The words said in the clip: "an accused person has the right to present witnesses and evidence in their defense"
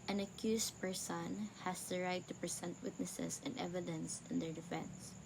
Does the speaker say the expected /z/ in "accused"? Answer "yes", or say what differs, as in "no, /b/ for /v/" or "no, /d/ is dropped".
no, /s/ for /z/